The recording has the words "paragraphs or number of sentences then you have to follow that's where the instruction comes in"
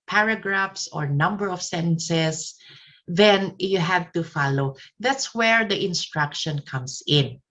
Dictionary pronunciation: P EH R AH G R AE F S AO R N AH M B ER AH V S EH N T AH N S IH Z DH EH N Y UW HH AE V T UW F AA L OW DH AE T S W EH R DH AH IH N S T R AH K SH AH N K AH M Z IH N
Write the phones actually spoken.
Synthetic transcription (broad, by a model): P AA R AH G R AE F S AO R N AH M B ER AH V S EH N S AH S DH EH N Y UW HH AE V T UW F AA L OW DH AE T S W EH R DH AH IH N S T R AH K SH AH N K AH M S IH N